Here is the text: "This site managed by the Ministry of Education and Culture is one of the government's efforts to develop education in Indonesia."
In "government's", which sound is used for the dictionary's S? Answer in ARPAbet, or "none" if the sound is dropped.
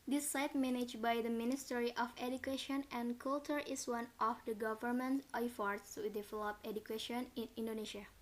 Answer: none